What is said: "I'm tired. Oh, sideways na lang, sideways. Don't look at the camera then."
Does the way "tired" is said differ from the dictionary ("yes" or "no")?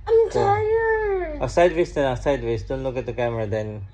yes